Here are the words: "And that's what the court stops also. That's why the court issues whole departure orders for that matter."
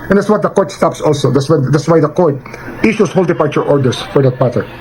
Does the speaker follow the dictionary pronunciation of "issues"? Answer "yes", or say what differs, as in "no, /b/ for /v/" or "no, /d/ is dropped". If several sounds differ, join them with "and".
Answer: no, /s/ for /z/